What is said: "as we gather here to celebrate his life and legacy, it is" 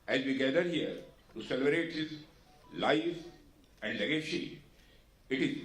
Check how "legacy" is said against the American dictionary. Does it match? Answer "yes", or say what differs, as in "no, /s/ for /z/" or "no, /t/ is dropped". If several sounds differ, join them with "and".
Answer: no, /ʃ/ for /s/